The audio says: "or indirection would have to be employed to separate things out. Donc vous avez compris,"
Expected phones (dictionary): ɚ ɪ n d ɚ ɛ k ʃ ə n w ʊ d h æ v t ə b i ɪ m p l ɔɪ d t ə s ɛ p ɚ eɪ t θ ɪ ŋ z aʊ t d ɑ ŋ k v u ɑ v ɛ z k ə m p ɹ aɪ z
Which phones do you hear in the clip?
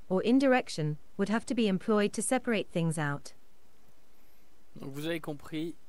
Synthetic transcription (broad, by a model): ɚ ɪ n d ɚ ɛ k ʃ ə n w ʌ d h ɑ f t ə b i ɪ m p l ɔɪ d t ə s ɛ p ɚ eɪ t θ ɪ ŋ z aʊ t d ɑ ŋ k v u ɑ v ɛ k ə p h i